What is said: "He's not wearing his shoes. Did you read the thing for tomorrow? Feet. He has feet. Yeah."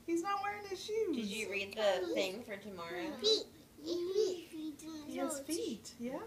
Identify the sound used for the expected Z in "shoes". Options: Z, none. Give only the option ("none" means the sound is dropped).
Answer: none